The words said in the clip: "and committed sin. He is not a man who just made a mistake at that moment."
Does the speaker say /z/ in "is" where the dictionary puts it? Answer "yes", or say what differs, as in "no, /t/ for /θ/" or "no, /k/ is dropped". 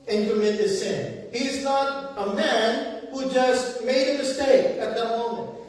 yes